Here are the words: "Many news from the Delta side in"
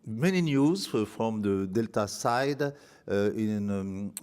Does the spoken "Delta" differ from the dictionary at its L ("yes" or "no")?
no